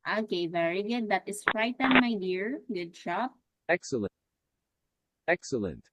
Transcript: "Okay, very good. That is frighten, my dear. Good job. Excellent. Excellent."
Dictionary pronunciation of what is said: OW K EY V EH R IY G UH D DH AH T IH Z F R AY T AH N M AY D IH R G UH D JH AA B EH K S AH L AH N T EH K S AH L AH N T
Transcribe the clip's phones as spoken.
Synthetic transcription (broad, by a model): OW K EY V EH R IY G UH D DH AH T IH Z F R AY T AH N M AY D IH R G UH D SH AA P EH K S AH L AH EH K S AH L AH N T